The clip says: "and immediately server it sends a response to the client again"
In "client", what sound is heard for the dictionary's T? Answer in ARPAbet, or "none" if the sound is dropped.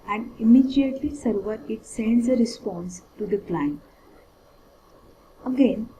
none